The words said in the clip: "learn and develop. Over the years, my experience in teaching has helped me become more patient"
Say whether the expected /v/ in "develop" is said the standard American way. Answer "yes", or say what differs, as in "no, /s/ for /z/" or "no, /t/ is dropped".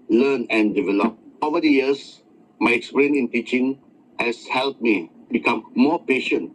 yes